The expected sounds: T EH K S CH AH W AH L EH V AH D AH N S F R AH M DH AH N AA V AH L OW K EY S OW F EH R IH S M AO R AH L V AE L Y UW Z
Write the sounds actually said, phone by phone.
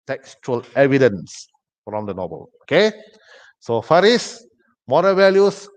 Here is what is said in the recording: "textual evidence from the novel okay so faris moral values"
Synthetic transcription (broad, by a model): T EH K S CH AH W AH L EH V AH D AH N S F R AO M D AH N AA B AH L OW K EY S OW F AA R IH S M AO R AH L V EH L Y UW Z